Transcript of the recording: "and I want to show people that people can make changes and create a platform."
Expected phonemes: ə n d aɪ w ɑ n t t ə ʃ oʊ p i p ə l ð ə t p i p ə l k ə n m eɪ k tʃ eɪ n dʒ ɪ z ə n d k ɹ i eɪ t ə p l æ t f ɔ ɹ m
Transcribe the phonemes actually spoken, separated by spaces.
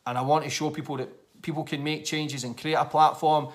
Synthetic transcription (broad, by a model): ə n aɪ w ɑ n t t ə ʃ oʊ p i p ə l ð ə t p i p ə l k ə n m eɪ k tʃ eɪ n dʒ ɪ z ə n k ɹ i eɪ t ə p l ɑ t f ɔ ɹ m